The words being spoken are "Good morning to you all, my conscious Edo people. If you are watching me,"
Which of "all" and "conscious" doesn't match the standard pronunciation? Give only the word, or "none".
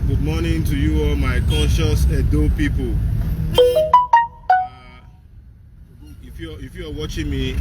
conscious